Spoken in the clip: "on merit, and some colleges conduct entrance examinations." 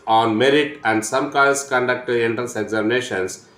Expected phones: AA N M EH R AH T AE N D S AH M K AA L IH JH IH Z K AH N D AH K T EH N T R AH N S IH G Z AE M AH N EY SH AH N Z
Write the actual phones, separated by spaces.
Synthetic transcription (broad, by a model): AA N M EH R AH T AE N D S AH M K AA IH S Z K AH N D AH K T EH N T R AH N S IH G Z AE M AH N EY SH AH N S